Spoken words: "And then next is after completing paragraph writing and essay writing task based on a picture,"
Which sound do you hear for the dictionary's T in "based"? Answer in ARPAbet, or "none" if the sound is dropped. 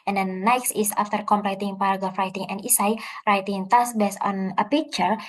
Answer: none